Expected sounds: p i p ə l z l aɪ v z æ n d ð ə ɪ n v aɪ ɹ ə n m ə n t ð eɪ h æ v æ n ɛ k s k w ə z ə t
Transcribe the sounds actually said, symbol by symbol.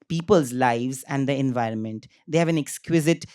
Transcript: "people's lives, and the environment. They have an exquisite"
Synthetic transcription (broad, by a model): p i p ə l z l aɪ v z æ n d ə ɪ n v aɪ ɹ ə n m ə n t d eɪ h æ v æ n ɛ k s k w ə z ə t